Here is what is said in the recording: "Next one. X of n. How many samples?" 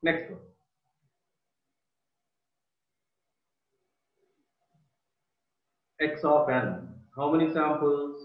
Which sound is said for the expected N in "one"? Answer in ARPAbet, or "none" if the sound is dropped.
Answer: none